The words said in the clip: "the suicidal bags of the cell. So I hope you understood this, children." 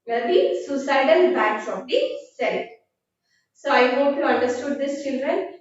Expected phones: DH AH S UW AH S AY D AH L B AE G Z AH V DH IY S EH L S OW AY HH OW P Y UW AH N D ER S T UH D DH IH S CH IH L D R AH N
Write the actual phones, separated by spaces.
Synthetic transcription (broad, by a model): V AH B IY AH S AY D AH N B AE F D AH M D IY S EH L S OW AY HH OW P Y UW AH N D ER S T UH D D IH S CH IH L D R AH N